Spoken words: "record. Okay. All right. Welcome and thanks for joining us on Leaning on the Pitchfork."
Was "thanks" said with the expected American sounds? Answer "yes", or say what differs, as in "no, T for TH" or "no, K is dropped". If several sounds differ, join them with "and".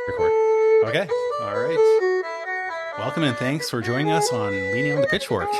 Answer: yes